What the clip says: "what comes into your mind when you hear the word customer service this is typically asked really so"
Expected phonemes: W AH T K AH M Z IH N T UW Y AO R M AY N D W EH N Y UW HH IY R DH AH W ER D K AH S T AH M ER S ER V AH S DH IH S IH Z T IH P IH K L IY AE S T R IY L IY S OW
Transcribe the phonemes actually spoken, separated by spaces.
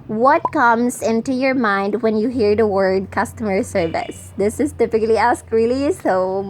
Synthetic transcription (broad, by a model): W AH T K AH M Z IH N T UW Y AO R M AY N D W EH N Y UW HH IY R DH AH W ER D K AH S T AH M ER S ER V AH S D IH S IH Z T IH P IH K L IY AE S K R IY L IY S OW